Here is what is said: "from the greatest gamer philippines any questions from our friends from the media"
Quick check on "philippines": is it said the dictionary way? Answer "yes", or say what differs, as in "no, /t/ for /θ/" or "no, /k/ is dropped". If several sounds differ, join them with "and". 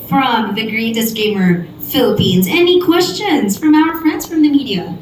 yes